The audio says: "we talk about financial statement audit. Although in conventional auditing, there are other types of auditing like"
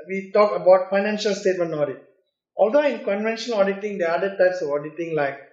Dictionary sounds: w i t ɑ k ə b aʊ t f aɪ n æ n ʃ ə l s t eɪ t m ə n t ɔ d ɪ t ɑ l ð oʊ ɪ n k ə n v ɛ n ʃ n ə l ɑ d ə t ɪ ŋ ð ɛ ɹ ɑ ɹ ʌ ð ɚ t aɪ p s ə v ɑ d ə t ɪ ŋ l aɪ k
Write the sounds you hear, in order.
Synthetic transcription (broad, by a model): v i t ɑ k ə b aʊ t f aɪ n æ n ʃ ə l s t eɪ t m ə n ɔ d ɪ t ɑ l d oʊ ɪ n k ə n v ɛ n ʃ ə n ɑ d ə t ɪ ŋ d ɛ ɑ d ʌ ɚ t aɪ p s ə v ɑ d ə t ɪ ŋ l aɪ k